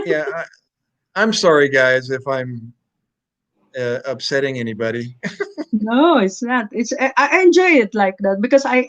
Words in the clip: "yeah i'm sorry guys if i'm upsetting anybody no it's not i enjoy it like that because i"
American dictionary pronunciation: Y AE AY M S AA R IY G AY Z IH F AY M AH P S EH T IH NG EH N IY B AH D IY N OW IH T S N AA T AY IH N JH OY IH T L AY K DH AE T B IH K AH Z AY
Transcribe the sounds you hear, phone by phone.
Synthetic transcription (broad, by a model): Y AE AY M S AA R IY G AY Z IH F AY M AH P S EH T IH NG EH N IY B AH D IY N OW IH T S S AA T AY IH N JH OY IH T L AY K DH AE T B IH K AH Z AY